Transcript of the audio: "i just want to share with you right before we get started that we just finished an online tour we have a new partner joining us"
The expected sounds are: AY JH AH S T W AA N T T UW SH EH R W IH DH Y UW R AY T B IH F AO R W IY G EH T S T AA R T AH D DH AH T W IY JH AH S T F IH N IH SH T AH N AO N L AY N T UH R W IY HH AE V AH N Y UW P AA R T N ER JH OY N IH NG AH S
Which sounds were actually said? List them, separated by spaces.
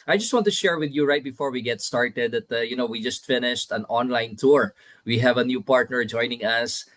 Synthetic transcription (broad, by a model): AY JH AH S T W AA N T T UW SH EH R W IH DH Y UW R AY T B IH F AO R W IY G EH T S T AA R T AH D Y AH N W IY JH AH S T F IH N IH SH T AH N AO N L AY N T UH R W IY HH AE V AH N Y UW P AA R T N ER JH OY N IH NG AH S